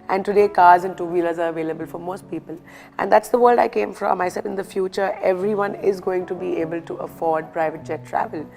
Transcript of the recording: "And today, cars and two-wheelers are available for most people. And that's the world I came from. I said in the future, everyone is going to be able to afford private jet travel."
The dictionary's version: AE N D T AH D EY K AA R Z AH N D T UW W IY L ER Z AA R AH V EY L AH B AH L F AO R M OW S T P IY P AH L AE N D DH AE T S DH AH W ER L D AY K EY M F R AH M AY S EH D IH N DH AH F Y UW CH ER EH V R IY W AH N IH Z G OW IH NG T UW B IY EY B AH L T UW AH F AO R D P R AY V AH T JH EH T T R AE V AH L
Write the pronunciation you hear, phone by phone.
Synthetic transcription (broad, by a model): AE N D T AH D EY K AA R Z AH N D T UW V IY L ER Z AA R AH V EY L AH B AH L F AO R M OW S T P IY P AH L AE N D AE T S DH AH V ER L D AY K EY M F R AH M AY S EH IH N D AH F Y UW CH ER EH V R IY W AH N IH Z G OW IH NG T UW B IY EY B AH L T UW AH F AO R D P R AY V AH T JH EH T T R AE V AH L